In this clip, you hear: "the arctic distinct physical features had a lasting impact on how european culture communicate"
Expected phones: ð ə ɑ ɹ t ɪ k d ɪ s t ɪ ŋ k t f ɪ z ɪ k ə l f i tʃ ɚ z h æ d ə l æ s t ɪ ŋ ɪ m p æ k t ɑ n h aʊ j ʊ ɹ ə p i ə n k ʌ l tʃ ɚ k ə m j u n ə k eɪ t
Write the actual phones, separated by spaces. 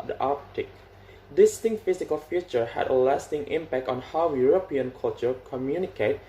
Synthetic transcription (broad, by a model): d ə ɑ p t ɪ k d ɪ s t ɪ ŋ t f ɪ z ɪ k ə l f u tʃ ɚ h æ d ə l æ s t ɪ ŋ ɪ m p æ k t ɑ n h aʊ j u ɹ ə p i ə n k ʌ l tʃ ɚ k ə m j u n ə k eɪ t